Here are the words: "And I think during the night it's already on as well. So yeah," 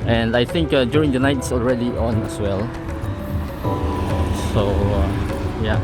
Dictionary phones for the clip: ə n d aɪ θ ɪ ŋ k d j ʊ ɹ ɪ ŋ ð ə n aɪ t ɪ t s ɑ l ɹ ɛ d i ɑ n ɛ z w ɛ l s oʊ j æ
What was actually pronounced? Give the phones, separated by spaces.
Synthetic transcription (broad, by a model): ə n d aɪ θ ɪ ŋ k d j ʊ ɹ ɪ ŋ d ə n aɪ ɪ t s ɑ l ɹ ɛ d i ɑ n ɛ s w ɛ l s oʊ j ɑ